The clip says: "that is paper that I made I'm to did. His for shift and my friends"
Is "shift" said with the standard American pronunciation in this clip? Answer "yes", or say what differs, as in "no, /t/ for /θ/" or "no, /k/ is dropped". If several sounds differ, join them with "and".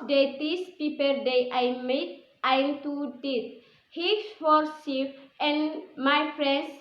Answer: no, /s/ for /ʃ/